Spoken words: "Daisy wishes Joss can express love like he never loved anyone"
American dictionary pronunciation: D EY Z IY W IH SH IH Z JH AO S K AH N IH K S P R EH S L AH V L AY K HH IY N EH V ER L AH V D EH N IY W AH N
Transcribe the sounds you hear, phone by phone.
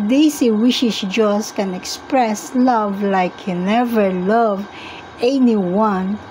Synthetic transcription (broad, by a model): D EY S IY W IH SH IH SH JH AO S K AH N IH K S P R EH S L AH V L AY K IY N EH V ER L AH V EH N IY W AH N